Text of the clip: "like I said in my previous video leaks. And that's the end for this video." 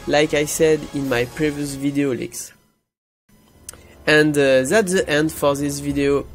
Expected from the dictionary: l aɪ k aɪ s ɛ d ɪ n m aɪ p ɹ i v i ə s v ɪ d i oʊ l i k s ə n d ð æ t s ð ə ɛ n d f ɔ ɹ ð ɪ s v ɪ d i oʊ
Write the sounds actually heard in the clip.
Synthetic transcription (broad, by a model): l aɪ k aɪ s ɛ d ɪ n m aɪ p ɹ i v i ə s v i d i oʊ l i k s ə n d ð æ t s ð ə ɛ n d f ɔ ɹ ð ɪ s v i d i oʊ